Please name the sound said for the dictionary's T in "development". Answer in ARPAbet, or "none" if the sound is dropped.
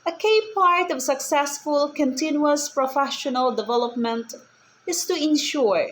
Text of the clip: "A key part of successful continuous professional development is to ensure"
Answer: T